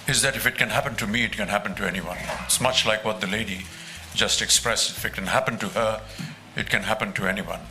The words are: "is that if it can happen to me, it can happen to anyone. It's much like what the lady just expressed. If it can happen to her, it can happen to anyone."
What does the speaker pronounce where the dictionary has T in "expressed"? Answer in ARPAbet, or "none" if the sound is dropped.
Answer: none